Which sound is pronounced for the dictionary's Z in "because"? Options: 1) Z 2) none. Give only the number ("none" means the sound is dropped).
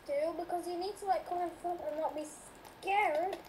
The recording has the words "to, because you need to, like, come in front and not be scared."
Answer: 1